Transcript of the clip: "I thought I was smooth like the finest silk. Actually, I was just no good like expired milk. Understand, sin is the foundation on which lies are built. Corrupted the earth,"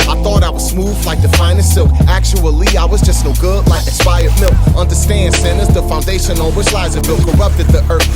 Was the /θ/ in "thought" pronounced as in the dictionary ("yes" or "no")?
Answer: yes